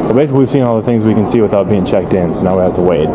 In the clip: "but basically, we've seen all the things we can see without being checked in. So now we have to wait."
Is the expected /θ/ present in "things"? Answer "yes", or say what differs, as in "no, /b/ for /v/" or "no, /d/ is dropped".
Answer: yes